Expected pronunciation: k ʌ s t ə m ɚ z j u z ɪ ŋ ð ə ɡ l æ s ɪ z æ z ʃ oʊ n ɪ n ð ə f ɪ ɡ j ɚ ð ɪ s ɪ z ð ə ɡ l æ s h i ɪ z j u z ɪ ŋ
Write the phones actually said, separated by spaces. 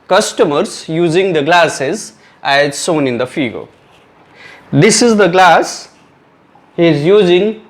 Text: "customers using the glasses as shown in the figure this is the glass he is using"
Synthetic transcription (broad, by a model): k ʌ s t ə m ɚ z j u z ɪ ŋ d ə ɡ l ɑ s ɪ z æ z s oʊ n ɪ n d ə f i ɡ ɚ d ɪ s ɪ z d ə ɡ l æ s h i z j u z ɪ ŋ